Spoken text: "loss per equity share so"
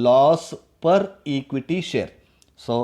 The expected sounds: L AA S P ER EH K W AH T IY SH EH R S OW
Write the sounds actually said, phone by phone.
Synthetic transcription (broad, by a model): L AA S P ER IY K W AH T IY SH EH R S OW